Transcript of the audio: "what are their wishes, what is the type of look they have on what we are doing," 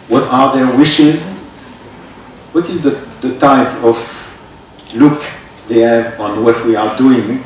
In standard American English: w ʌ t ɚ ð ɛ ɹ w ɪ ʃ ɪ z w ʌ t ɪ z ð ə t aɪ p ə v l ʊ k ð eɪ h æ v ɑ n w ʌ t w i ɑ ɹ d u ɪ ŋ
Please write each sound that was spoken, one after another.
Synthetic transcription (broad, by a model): w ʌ t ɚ ð ɛ ɹ w ɪ ʃ ɪ z w ʌ t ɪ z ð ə t aɪ p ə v l ʊ k ð eɪ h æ v ɑ n w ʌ t w i ɑ ɹ d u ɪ ŋ